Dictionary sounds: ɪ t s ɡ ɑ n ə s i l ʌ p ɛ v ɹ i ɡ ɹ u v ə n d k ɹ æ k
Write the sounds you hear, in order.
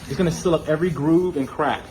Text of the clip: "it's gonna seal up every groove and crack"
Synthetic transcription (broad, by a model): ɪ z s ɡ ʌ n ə s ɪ l ʌ p ɛ v ɹ i ɡ ɹ u v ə n k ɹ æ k